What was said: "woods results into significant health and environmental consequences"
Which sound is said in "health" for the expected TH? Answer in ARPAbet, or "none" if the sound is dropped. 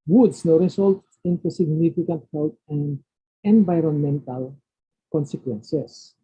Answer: T